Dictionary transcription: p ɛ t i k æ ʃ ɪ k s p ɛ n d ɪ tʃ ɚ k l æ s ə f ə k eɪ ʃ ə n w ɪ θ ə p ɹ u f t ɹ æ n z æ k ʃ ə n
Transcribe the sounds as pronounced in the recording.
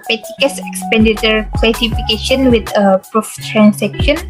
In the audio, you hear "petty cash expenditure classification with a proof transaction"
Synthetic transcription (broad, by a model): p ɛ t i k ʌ s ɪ k s p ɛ n d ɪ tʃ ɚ k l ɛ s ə f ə k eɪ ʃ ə n w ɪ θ ə p ɹ u f t ɹ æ n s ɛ k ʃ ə n